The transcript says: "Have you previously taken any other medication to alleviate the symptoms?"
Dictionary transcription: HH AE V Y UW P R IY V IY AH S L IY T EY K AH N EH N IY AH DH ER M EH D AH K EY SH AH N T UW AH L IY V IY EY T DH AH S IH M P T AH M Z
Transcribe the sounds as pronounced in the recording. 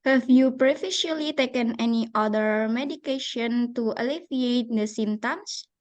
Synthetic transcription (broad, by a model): HH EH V Y UW P R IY F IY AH L IY T EY K AH N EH N IY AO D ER M EH D AH K EY SH AH N T UW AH L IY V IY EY T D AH S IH M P T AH M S